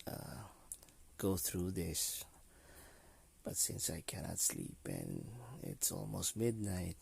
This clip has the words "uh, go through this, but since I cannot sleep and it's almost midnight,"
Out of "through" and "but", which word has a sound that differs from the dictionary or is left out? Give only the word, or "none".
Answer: none